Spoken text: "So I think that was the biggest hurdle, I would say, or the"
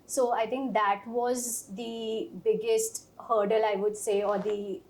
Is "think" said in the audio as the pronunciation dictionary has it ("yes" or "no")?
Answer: no